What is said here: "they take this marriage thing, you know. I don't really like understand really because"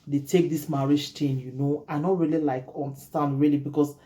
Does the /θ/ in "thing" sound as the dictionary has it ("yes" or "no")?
no